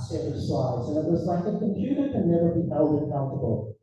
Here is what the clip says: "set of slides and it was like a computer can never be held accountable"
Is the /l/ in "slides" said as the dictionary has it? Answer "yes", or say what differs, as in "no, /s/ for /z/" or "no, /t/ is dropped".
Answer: no, /l/ is dropped